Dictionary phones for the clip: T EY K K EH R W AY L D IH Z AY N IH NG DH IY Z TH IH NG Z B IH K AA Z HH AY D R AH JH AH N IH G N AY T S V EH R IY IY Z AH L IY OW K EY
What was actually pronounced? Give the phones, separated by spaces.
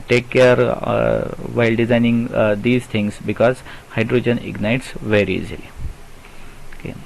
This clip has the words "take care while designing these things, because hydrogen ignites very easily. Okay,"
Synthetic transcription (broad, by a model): T EY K K EH R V AY L D IH Z AY N IH NG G IY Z T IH NG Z B IH K AA Z HH AY D R AH JH AH N IH G N AY T S V EH R IY IY Z AH L IY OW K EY